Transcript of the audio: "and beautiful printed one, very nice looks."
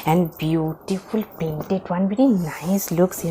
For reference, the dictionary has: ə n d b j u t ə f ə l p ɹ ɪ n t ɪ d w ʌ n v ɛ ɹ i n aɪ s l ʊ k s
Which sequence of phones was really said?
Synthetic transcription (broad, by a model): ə n d b j u t ə f ə l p ɛ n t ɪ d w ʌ n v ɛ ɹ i n aɪ s l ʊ k s